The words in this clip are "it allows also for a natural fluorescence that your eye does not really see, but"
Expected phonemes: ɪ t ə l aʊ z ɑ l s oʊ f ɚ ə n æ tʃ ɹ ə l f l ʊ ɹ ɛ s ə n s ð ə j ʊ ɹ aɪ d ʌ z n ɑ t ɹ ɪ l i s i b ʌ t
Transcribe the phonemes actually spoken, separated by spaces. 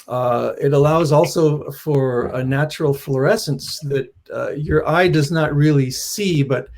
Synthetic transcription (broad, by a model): ɪ t ə l aʊ z ɑ l s oʊ f ɚ ə n æ tʃ ɹ l f l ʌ ɹ ɛ s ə n s ð ə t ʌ ɹ aɪ d ʌ z n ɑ t ɹ ɪ l i s i b ʌ t